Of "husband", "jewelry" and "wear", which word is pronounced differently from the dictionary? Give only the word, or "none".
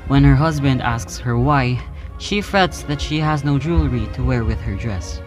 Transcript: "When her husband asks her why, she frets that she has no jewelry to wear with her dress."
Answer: none